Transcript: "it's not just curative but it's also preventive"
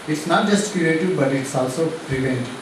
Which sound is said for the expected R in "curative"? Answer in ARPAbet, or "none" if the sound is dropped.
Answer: none